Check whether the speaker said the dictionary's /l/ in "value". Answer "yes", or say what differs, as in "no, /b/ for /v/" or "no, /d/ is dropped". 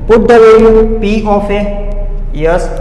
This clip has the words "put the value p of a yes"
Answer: no, /l/ is dropped